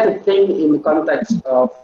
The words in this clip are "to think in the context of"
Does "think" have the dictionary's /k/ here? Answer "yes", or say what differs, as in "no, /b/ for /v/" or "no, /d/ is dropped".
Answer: no, /k/ is dropped